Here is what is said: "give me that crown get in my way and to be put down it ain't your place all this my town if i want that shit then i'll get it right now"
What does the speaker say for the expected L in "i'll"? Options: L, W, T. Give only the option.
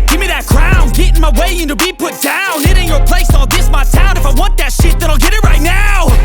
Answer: L